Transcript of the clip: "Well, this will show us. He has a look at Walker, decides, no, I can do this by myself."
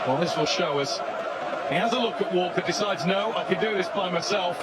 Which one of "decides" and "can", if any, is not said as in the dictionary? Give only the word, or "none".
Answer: none